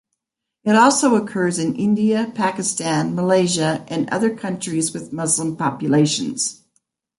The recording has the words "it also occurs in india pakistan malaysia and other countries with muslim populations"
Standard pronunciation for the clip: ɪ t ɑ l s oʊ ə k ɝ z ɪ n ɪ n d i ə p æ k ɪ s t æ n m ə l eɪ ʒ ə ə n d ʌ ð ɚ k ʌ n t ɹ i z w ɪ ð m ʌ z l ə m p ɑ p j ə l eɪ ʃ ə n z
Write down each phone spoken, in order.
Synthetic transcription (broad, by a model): ɪ t ɑ l s oʊ ə k ɝ z ɪ n ɪ n d i ə p æ k ɪ s t æ n m ə l eɪ ʒ ə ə n ʌ ð ɚ k ʌ n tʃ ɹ i z w ɪ ð m ʌ z l ə m p ɑ p j ə l eɪ ʃ ə n z